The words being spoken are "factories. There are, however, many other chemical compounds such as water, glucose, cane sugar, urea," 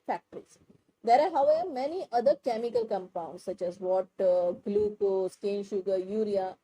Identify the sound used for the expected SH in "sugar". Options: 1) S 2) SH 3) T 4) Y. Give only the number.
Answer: 2